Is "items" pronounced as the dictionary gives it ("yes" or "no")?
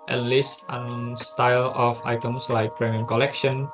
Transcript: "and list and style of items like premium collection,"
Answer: no